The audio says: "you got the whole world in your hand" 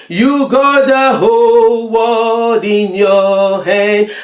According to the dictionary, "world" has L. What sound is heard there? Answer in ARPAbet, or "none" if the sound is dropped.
none